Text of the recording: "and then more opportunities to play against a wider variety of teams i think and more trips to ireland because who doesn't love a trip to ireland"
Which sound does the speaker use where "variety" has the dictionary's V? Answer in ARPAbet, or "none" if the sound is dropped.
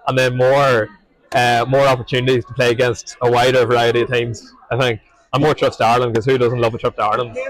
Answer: V